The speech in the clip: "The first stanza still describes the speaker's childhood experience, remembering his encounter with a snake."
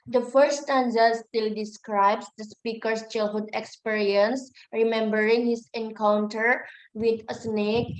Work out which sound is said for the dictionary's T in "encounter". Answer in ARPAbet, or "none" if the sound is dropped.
T